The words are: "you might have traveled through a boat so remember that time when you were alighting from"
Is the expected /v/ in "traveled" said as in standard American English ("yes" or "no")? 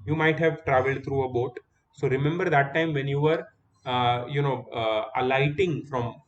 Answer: yes